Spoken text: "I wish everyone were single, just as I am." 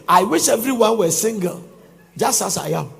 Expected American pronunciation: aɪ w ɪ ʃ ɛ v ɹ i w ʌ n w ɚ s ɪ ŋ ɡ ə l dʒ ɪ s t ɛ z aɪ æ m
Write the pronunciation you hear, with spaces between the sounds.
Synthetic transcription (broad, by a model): aɪ w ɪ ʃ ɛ v ɹ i w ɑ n w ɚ s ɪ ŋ ɡ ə l dʒ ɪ s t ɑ s aɪ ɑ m